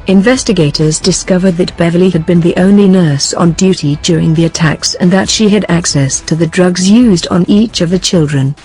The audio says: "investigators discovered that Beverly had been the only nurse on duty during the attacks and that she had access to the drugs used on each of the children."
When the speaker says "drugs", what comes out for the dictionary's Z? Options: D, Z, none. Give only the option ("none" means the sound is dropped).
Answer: Z